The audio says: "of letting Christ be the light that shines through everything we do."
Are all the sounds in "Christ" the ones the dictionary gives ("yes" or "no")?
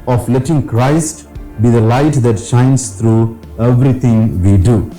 yes